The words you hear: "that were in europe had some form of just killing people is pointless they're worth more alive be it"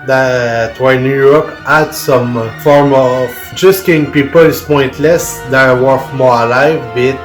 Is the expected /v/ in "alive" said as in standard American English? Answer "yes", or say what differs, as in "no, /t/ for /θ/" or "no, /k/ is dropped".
yes